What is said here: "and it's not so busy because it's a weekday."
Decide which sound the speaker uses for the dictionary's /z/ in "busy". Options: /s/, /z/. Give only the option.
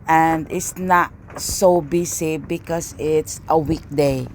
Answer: /s/